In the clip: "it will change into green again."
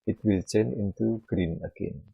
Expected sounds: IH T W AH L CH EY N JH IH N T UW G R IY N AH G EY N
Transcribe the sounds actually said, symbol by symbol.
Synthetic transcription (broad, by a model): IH T W AH L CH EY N IH N T UW G R IY N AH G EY N